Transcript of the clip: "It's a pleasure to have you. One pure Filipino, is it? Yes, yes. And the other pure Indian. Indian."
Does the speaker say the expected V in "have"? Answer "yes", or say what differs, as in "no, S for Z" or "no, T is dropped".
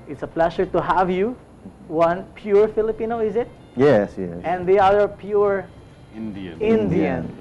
yes